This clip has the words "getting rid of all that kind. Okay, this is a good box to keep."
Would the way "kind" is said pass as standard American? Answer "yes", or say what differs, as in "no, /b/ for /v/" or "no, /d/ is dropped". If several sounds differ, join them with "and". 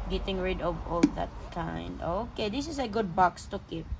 yes